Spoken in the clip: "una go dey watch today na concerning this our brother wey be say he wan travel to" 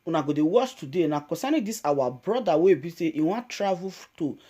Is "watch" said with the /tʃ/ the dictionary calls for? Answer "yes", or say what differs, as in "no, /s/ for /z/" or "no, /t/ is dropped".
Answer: no, /s/ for /tʃ/